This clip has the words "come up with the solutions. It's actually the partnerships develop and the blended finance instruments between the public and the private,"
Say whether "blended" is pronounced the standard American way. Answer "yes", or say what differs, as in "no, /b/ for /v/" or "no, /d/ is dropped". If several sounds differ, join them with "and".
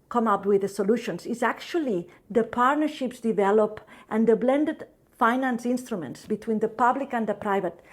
yes